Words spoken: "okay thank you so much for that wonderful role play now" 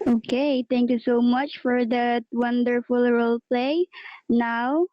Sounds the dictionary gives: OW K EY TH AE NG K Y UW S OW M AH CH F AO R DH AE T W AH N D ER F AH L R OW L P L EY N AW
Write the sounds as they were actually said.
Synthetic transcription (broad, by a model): OW K EY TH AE NG K Y UW S OW M AH CH F AO R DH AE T W AH N D ER F AH L R OW L P L EY N AW